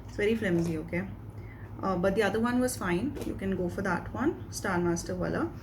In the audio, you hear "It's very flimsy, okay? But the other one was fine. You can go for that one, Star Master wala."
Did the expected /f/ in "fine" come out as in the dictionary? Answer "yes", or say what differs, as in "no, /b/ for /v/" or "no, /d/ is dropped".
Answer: yes